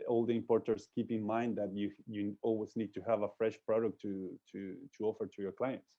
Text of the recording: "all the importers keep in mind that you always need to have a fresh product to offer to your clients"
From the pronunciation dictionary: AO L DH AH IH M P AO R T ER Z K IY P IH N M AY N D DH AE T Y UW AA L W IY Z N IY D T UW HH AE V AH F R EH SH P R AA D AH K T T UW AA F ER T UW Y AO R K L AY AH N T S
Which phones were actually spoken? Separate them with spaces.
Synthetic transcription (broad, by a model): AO L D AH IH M P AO R T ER S K IY P IH N M AY N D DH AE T Y UW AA L W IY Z N IY D T UW HH AE V AH F R EH SH P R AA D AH K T T UW AA F ER T UW Y AO R K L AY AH N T S